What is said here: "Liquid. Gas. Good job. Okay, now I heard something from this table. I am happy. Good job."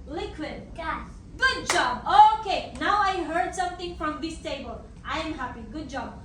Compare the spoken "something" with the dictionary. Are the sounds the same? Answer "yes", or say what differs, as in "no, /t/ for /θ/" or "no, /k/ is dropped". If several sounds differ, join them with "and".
no, /t/ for /θ/